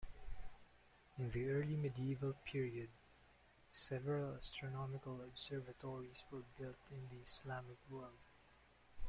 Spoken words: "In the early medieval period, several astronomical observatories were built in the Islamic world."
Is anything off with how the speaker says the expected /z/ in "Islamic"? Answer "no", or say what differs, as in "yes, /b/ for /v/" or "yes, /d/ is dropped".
yes, /s/ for /z/